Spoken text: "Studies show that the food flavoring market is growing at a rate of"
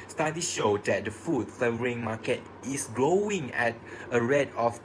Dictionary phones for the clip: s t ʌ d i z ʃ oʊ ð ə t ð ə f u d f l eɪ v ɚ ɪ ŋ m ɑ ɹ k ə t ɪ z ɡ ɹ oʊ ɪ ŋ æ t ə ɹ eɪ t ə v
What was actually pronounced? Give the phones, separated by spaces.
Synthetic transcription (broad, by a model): s t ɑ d i ʃ oʊ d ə t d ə f u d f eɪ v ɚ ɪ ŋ m ɑ k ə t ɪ s ɡ ɹ oʊ ɪ ŋ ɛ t ə ɹ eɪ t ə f